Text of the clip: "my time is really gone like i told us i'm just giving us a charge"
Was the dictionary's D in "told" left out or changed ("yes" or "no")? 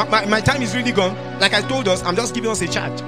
no